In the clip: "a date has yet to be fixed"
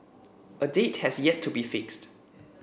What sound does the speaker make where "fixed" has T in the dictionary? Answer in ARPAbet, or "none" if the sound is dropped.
T